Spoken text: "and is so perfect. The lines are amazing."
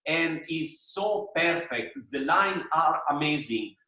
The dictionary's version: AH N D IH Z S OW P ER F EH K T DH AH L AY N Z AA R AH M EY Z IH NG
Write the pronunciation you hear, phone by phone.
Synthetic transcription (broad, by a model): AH N D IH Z S OW P ER F EH K T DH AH L AY N AA R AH M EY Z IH NG